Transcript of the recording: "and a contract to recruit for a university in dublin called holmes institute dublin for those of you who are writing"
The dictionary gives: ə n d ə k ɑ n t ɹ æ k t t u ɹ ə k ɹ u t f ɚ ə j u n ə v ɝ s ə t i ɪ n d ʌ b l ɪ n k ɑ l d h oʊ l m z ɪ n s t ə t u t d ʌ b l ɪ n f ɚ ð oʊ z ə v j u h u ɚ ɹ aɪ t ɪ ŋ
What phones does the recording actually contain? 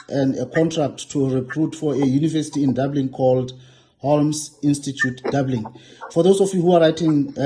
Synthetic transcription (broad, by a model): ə n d ə k ɑ n t ɹ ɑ k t t u ɹ ə k ɹ u t f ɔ ə j u n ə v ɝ s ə t i ɪ n d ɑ b l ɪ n k ɑ l d h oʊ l m s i n s t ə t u t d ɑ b l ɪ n f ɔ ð oʊ s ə f j u h u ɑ ɹ aɪ t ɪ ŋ